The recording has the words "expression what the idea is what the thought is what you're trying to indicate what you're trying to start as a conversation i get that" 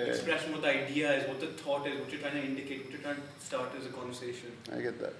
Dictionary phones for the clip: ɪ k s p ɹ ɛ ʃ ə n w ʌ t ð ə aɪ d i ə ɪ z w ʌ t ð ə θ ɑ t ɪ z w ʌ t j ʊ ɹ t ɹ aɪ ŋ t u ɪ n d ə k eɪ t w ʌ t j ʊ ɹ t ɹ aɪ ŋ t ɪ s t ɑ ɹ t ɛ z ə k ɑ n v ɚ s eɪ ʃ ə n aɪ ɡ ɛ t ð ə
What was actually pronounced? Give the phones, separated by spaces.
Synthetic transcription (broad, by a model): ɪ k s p ɹ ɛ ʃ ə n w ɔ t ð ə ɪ d i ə ɪ z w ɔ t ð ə t ɑ t ɪ z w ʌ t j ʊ t ɹ aɪ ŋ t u ɪ n d ə k eɪ t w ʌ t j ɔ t ɹ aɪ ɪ s t ɑ ɹ t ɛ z ə k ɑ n v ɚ s eɪ ʃ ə n aɪ ɡ ɛ t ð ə